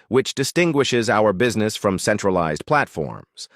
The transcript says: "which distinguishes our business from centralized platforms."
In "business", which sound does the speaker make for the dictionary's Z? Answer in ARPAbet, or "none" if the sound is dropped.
Z